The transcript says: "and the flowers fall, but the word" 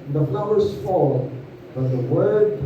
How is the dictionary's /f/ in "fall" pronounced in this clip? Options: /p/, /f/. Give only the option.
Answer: /f/